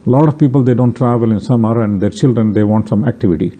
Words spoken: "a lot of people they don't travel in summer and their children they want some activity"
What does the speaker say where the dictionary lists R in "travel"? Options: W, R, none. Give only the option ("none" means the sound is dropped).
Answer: R